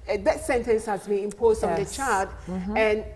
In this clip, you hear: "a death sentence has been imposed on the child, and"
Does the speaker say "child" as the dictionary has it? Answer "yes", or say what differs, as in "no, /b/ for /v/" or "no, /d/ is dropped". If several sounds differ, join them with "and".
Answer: no, /l/ is dropped